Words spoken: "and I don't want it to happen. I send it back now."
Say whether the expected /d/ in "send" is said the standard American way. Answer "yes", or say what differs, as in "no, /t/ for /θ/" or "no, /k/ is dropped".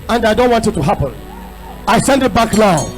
yes